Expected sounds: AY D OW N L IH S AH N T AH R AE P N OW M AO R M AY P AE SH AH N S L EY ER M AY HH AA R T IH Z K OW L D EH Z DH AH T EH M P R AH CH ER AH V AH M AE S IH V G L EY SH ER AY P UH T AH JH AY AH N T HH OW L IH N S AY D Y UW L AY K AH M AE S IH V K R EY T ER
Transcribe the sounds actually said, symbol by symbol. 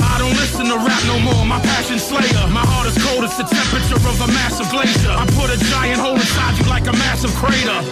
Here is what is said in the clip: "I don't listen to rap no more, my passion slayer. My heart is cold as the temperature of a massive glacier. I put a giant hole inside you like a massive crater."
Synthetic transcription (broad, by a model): AY D OW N L IH S AH N T AH R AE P N OW M AO R M AY P AE SH AH N S L EY ER M AY HH AA R T IH Z K OW L D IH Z DH AH T EH M P R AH CH ER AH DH AH M AE S IH V G L EY SH ER AY P UH T AH JH AY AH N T HH OW L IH S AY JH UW L AY K AH M AE S IH V K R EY T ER